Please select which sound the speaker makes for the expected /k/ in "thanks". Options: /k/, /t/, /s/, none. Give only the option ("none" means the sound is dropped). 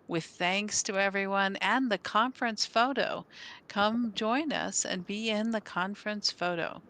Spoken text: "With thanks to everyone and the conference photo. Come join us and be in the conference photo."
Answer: /k/